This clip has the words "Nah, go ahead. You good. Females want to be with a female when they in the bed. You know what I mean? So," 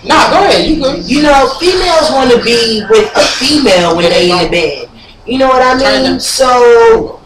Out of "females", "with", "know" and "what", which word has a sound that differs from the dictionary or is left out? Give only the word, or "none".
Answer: none